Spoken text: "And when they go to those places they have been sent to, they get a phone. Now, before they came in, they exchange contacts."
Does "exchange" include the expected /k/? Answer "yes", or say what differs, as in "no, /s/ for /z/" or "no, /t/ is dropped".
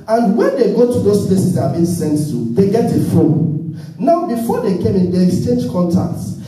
yes